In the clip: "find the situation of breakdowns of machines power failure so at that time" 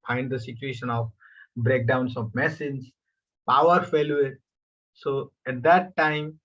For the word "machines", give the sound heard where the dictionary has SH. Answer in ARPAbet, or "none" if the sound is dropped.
S